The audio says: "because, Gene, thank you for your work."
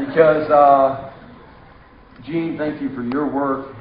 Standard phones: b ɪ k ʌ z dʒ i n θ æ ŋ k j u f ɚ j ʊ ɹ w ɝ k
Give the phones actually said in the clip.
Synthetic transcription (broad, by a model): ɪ k ʌ z dʒ i n θ æ ŋ k j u f ɚ j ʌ ɹ w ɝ k